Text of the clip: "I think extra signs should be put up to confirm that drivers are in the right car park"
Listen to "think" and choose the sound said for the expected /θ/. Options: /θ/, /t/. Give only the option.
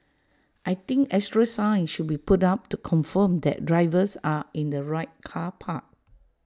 /t/